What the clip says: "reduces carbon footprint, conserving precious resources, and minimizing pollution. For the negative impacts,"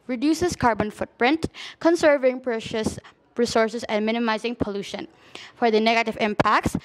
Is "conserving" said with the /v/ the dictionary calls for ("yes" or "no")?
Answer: yes